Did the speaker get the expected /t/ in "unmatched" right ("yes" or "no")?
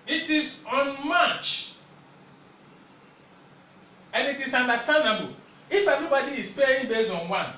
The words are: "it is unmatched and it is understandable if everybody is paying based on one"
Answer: no